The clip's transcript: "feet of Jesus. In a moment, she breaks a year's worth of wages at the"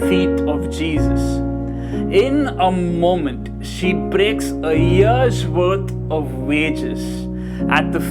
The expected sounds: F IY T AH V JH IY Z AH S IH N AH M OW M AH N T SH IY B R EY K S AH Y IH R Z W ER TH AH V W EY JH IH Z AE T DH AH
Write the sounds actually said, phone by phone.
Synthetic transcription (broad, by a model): F IY T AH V JH IY Z AH S IH N AH M OW M AH N T SH IY B R EY K S AH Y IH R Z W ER T AH V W EY JH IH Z AE T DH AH